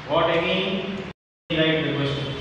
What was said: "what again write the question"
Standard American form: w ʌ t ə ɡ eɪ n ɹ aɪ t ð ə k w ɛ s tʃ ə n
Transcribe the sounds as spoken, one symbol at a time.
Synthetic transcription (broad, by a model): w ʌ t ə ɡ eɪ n l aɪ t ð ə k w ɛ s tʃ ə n